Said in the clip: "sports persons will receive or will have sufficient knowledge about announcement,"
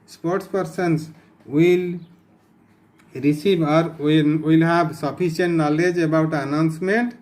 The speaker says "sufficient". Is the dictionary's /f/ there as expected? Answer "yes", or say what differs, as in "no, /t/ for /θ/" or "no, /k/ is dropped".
no, /p/ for /f/